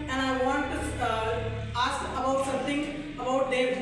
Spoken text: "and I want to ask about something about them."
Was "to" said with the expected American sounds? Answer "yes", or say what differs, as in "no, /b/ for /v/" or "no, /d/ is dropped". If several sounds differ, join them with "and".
no, /s/ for /t/